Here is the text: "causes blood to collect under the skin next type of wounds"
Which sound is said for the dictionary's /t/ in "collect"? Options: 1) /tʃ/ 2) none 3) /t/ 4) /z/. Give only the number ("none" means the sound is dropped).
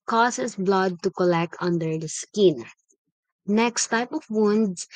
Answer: 3